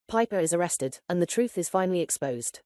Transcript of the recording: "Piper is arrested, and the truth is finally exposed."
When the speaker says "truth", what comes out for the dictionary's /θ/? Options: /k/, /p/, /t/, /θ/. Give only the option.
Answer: /θ/